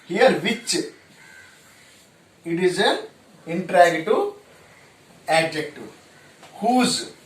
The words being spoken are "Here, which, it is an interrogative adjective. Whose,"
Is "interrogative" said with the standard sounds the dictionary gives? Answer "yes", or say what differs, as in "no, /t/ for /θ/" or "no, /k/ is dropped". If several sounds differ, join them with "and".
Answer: no, /v/ is dropped